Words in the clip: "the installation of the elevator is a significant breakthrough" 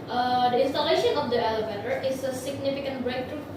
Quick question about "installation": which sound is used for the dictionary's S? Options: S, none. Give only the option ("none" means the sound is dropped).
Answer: S